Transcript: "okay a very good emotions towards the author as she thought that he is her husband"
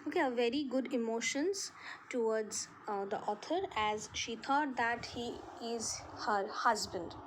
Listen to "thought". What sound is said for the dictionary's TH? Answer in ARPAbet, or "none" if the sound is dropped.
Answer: T